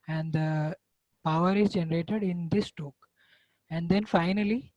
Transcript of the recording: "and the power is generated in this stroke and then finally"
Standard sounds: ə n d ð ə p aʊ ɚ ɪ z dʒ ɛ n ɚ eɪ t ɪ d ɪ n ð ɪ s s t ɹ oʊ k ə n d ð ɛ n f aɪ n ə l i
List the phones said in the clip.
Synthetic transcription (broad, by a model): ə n d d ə p aʊ ɚ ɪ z dʒ ɛ n ɚ eɪ t ɪ d ɪ n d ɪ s s t oʊ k ə n d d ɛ n f aɪ n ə l i